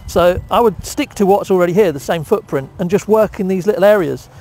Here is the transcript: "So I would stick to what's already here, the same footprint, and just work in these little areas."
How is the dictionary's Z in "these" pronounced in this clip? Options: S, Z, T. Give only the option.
Z